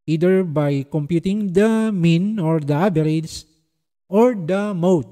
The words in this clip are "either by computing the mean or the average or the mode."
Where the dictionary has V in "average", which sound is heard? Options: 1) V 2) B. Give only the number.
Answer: 2